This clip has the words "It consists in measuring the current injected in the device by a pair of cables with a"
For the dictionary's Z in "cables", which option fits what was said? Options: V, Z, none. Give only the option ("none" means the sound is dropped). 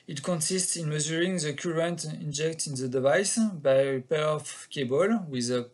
none